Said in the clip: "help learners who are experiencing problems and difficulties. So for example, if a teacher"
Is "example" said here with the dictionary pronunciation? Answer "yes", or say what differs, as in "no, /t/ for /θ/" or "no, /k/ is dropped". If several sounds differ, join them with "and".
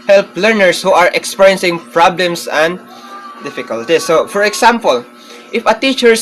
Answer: no, /s/ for /z/